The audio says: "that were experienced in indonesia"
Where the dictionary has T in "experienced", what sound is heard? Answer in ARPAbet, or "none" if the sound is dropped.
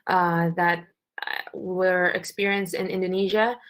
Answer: T